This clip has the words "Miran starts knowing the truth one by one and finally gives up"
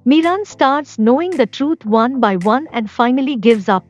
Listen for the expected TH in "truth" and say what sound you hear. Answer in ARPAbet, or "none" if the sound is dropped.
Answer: T